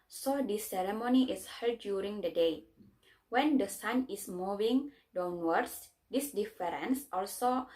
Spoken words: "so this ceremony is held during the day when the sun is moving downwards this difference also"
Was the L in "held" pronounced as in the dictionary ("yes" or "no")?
no